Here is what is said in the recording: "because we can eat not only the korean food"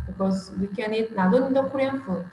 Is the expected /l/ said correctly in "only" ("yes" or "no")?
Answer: no